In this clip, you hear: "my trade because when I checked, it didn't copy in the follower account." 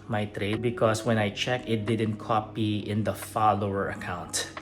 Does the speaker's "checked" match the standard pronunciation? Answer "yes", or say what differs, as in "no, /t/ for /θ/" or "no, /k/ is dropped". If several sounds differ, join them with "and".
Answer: no, /t/ is dropped